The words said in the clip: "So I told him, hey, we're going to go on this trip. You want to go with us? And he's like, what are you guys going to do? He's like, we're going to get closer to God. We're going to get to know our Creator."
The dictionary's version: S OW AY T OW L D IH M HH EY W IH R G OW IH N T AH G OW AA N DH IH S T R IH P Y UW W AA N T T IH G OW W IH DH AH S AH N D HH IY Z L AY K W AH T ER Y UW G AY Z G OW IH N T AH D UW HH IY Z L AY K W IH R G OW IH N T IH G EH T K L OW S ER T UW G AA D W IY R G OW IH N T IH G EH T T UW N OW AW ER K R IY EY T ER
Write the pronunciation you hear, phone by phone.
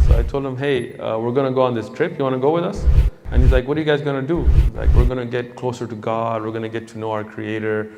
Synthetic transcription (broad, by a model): S OW AY T OW L D IH M HH EY W IH R G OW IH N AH G OW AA N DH IH S T R IH P Y UW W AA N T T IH G OW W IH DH AH S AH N HH IY Z L AY K W AH T ER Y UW G AY Z G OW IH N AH D UW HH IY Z L AY K W IH R G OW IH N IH G EH T K L OW S ER T UW G AA D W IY R G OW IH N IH G EH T T UW N OW AW ER K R IY EY T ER